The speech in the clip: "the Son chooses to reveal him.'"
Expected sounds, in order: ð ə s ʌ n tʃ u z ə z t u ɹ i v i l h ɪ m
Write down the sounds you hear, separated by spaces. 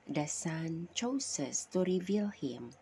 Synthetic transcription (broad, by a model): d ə s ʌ n tʃ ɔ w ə s t u ɹ i v i l h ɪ m